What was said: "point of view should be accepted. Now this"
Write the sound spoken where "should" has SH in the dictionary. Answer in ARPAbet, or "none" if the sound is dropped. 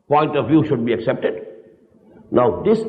SH